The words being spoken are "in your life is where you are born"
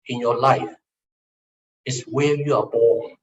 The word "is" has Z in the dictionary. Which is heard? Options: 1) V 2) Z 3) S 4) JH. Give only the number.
3